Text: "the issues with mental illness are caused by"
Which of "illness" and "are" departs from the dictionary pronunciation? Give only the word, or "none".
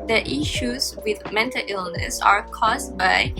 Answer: none